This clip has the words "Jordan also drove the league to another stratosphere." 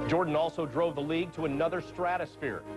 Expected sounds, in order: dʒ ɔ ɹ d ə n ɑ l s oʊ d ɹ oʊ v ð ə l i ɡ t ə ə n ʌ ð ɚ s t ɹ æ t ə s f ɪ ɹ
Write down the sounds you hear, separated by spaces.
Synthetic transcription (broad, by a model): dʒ ɔ ɹ d n ɑ l s oʊ d ɹ oʊ v ð ə l i ɡ t ə ə n ʌ ð ɚ s t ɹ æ t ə s f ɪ ɹ